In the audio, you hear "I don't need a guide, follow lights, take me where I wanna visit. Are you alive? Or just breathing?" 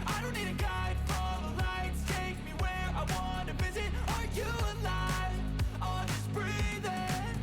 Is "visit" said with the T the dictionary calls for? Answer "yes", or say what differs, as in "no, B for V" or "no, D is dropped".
yes